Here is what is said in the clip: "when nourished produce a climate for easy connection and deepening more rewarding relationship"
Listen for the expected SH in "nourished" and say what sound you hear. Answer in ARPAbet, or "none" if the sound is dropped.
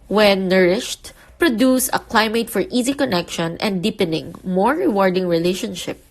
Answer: SH